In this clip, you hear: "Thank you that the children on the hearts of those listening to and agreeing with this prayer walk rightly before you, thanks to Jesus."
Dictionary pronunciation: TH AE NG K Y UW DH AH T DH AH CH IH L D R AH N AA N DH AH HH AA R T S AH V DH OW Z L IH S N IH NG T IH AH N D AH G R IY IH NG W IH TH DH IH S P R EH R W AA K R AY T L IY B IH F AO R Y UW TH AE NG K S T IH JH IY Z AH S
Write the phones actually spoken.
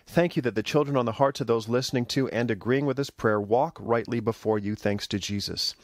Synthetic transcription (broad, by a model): TH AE NG K Y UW DH AH T DH AH CH IH L D R AH N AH N DH AH HH AA R T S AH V DH OW Z L IH S N IH NG T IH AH N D AH G R IY IH NG W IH DH IH S P R EH R W AA K R AY T L IY B IH F AO R Y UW TH AE NG K S T IH JH IY Z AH S